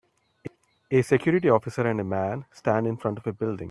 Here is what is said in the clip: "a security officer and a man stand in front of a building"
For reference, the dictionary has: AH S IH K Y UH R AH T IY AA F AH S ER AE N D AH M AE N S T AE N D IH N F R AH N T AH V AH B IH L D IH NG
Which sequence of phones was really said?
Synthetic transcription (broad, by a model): AH S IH K Y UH R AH T IY AA F AH S ER AE N D AH M AE N S T AE N D IH N F R AH N T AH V AH B IH L D IH NG